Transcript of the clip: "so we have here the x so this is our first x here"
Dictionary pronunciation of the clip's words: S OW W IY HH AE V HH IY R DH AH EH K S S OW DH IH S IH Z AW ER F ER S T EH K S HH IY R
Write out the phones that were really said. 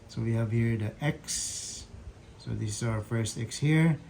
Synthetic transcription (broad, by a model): S OW W IY HH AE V HH IY R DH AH EH K S S OW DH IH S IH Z AW ER F ER S T EH K S HH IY R